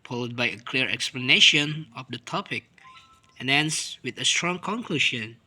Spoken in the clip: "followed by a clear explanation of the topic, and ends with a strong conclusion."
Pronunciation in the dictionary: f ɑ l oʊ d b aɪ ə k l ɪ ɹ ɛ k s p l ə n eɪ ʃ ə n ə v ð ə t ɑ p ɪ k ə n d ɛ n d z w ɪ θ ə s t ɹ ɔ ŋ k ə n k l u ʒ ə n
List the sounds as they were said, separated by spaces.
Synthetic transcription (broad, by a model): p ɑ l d b aɪ ə k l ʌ ɹ ɛ k s p l ə n eɪ ʃ ə n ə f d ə t ɑ p ɪ k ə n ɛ n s w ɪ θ ə s t ɹ ɔ ŋ k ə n k l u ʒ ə n